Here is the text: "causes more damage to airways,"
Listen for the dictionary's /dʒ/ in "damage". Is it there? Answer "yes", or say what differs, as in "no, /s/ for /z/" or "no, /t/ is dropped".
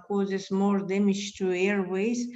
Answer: no, /ʃ/ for /dʒ/